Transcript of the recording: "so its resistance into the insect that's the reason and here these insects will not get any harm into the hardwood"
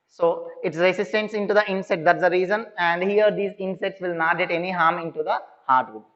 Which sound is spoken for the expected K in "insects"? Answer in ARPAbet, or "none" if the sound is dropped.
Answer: none